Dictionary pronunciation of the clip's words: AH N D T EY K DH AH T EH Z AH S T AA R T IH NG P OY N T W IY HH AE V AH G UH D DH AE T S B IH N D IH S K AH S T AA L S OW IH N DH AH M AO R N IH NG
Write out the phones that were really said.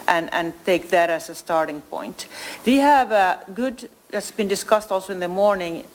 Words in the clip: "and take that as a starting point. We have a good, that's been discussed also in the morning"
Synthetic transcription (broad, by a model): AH N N T EY K DH AH T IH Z AH S T AA R T IH NG P OY N T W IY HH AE V AH G UH D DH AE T S B IH N D IH S K AH S T AA L S OW IH N DH AH M AO R N IH NG